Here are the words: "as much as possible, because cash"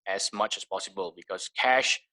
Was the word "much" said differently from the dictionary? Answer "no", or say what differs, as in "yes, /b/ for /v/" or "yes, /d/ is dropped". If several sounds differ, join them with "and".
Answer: no